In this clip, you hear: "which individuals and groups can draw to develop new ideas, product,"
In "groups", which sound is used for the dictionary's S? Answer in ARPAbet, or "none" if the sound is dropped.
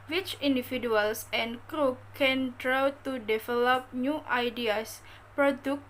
none